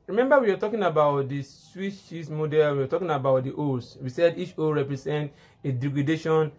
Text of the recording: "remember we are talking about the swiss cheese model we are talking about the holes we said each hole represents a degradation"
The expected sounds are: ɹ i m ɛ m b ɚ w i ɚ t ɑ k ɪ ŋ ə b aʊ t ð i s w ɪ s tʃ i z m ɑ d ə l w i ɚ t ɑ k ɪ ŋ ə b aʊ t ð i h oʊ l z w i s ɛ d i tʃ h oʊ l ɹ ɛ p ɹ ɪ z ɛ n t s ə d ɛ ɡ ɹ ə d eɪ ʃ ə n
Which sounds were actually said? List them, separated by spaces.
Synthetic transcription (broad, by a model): ɹ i m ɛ m b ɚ w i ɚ t ɑ k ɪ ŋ ə b aʊ t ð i s w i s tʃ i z m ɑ d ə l w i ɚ t ɑ k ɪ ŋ ə b aʊ t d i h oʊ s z w i s ɛ d i tʃ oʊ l ɹ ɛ p ɹ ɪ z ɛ n t ə d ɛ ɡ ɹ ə d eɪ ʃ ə n